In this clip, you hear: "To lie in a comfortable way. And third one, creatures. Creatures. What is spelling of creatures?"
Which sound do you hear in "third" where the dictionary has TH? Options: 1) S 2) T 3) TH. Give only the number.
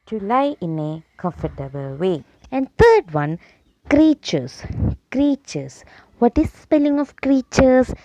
2